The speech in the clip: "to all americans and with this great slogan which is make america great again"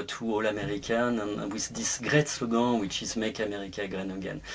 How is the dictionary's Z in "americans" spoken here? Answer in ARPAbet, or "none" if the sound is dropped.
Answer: none